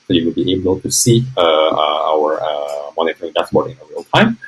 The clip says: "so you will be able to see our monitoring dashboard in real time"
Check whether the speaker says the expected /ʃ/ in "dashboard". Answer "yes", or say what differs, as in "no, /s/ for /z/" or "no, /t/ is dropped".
no, /s/ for /ʃ/